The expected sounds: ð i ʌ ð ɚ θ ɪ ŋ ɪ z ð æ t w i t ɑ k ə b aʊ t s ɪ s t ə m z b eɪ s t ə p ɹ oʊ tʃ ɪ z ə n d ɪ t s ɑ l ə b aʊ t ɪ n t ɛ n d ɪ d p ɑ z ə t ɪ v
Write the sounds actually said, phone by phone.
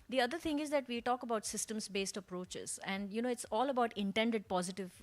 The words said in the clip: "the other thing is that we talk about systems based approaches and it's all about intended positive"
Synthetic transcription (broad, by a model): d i ʌ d ɚ t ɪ ŋ ɪ z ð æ t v i t ɑ k ə b aʊ t s ɪ s t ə m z b eɪ s t ə p ɹ oʊ tʃ ɪ z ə n d ɪ t s ɑ l ə b aʊ t ɪ n t ɛ n d ɪ d p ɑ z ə t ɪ v